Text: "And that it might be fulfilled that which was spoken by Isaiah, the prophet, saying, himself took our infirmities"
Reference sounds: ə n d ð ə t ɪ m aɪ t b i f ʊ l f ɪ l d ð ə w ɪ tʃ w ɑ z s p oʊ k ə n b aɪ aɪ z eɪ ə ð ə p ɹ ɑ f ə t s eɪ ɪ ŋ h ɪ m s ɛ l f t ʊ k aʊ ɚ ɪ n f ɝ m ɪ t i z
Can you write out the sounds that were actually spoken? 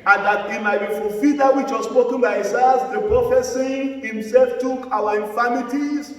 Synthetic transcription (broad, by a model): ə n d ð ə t ɪ m aɪ t b i f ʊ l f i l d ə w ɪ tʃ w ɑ s p oʊ k ə n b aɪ aɪ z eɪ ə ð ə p ɹ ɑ f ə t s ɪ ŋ h ɪ m s ɛ l f t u k aʊ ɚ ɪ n f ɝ m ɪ t i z